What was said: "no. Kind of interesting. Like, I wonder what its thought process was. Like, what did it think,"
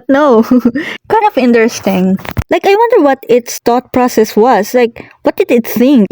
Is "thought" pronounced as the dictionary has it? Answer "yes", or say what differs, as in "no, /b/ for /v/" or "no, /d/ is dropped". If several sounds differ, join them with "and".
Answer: no, /t/ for /θ/